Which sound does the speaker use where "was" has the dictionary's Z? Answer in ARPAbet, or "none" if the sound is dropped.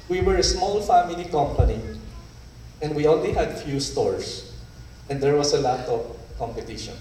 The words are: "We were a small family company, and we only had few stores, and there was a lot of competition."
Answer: S